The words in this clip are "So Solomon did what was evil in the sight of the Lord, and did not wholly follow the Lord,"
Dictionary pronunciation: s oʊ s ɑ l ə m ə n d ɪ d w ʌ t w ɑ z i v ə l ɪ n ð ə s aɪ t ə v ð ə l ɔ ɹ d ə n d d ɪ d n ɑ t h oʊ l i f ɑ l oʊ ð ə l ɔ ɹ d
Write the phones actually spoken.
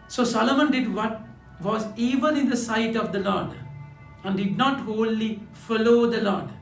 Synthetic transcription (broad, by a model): s oʊ s ɑ l ə m ə n d ɪ d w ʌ t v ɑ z i v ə n ɪ n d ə s aɪ t ə v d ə l ɔ ɹ d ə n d d ɪ d n ɑ t h oʊ l i f ɑ l oʊ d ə l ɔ ɹ d